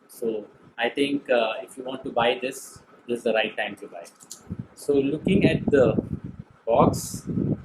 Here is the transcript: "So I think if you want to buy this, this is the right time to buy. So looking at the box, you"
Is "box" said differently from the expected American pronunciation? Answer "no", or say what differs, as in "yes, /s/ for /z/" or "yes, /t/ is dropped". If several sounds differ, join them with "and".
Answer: no